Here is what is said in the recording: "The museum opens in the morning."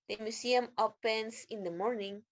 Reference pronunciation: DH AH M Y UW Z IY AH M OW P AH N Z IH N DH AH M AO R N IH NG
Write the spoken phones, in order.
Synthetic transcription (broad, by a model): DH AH M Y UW S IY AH M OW P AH N S IH N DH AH M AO R N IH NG